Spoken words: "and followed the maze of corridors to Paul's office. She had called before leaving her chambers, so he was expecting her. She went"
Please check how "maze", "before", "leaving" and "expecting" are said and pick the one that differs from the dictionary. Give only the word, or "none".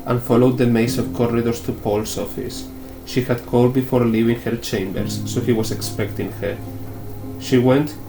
maze